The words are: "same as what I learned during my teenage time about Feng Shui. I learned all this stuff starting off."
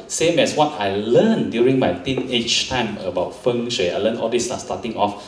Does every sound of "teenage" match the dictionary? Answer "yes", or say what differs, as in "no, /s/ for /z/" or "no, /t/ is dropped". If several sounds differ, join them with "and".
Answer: no, /tʃ/ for /dʒ/